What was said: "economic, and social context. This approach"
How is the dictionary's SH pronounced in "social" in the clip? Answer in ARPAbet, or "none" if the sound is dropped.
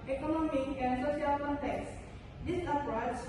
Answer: none